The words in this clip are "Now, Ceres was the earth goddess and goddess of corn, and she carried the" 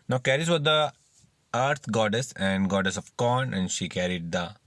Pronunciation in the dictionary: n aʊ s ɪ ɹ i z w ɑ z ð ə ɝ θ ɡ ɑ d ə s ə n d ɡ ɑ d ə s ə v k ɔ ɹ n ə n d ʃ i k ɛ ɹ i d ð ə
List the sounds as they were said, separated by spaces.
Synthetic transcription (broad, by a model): n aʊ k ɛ ɹ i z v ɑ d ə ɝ t ɡ ɑ d ə s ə n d ɡ ɑ d ə s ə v k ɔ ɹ n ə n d ʃ i k ɛ ɹ i d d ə